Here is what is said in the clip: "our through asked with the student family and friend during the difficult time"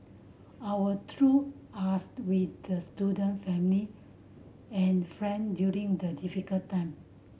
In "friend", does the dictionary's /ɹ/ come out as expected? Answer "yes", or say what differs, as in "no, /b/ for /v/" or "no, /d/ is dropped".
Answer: yes